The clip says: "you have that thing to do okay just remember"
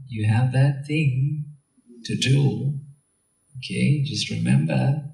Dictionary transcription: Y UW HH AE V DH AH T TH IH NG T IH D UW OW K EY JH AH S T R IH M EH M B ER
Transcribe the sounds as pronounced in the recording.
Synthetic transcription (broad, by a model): Y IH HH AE V DH AH T TH IH NG T IH D UW OW K EY JH AH S T R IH M EH M B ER